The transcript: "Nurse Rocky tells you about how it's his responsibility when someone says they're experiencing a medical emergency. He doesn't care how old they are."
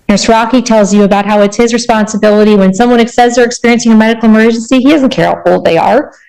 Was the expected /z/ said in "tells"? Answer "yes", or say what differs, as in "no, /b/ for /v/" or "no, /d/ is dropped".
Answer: yes